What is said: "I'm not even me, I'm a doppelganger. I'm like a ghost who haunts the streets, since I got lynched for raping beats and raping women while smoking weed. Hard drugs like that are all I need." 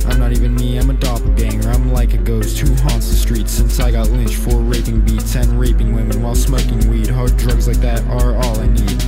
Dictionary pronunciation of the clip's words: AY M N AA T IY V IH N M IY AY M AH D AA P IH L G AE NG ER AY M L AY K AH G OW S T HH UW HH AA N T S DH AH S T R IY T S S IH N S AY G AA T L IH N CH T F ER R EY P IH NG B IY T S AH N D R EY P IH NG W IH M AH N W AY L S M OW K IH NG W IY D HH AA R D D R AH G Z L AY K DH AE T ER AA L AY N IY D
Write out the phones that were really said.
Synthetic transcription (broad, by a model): AY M N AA T IY V IH N M IY AY M AH D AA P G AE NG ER AY M L AY K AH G OW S T UW HH AA N T S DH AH S T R IY T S S IH N S AY G AA T L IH N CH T F ER R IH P IH NG B IY T S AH N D R EY P IH NG W IH M AH N W AY L S M OW K IH NG W IY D HH AA R D D R AH G Z L AY K DH AE T ER AA L AY N IY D